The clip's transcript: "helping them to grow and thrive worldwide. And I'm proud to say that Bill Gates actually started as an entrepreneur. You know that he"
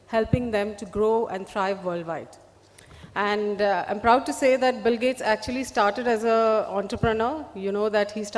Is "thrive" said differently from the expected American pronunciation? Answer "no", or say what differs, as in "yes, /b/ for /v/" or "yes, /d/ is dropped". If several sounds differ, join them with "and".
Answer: yes, /t/ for /θ/